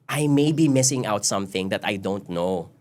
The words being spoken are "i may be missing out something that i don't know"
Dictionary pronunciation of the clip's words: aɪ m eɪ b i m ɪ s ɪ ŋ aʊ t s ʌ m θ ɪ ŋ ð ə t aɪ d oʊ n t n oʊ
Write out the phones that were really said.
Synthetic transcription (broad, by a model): aɪ m eɪ b i m ɪ s ɪ ŋ aʊ t s ʌ m θ ɪ ŋ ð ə t aɪ d oʊ n t n oʊ